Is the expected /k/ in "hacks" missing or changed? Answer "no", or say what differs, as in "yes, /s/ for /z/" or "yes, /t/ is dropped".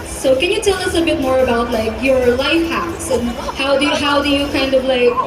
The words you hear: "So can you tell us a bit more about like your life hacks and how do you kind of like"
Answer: yes, /k/ is dropped